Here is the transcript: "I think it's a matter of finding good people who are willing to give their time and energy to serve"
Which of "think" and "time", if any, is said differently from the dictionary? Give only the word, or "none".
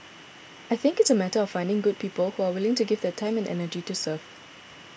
none